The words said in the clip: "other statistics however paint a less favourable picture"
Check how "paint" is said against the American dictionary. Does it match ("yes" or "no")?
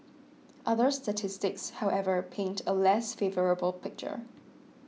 yes